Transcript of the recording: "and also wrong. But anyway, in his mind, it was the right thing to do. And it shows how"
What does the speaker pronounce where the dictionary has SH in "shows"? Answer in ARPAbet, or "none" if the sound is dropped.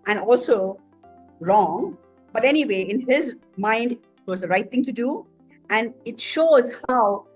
SH